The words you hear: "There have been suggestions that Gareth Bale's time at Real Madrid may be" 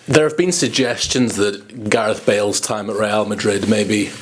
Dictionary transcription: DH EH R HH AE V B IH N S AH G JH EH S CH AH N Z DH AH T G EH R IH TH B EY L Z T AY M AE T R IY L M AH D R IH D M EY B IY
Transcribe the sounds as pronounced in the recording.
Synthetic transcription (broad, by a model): DH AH R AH V B IH N S AH G JH EH S CH AH N Z DH AH T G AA R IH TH B EY L Z T AY M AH T R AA L M AH D R IH D M EY B IY